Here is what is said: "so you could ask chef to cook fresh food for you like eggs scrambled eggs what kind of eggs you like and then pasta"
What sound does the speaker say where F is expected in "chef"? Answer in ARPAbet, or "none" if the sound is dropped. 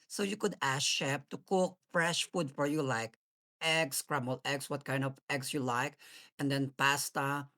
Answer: P